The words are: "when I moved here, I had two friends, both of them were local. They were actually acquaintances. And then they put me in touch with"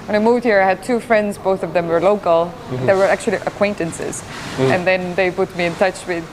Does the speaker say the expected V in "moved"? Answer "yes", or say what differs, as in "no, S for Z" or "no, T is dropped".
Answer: yes